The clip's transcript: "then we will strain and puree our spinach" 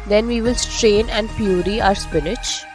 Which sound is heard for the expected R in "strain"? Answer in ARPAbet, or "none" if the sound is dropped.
R